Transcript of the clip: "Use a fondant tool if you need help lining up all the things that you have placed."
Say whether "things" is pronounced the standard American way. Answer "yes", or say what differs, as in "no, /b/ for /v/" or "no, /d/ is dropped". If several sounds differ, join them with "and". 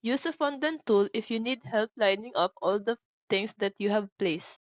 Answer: no, /t/ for /θ/